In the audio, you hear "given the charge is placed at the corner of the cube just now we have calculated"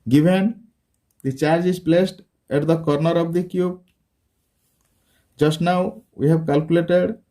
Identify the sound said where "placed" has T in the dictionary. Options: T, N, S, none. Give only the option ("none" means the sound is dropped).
T